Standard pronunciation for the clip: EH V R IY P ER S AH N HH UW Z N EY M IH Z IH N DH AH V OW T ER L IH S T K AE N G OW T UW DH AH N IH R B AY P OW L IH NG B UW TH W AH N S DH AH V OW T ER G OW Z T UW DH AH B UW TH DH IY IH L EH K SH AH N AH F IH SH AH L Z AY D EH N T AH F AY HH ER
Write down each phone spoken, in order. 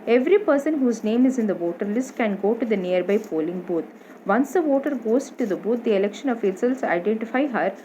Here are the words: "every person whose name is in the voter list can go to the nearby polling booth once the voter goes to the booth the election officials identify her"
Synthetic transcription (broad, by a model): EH V R IY P ER S AH N HH UW Z N EY M IH Z IH N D AH V OW T ER L IH S T K AE N G OW T UW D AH N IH R B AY P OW L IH NG B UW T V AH N S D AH V OW T ER G OW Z T UW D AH B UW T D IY IH L EH K SH AH N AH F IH S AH L S AY D EH N T AH F AY HH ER